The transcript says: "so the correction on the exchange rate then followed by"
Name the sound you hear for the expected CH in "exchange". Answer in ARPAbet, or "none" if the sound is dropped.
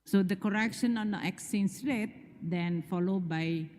none